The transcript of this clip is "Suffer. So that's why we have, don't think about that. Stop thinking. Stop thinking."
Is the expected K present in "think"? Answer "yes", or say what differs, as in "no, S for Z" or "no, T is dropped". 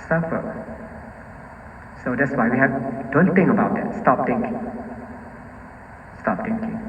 no, K is dropped